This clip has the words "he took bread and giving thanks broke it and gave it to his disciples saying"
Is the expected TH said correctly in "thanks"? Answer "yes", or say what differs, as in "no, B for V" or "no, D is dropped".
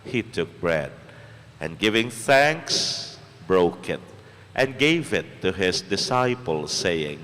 yes